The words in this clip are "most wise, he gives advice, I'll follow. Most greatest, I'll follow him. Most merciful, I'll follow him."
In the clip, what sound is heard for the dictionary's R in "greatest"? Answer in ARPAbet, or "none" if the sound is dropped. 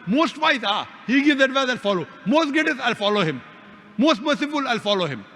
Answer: none